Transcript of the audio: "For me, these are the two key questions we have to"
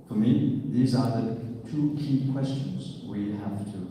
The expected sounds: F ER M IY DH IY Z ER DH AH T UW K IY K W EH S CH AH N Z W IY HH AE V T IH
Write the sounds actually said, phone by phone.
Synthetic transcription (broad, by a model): F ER M IY DH IY Z ER DH AH T UW K IY K W EH S CH AH N Z W IY HH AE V T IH